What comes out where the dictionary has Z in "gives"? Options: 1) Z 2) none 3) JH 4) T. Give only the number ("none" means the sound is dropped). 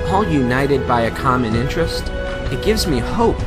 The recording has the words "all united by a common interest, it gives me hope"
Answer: 1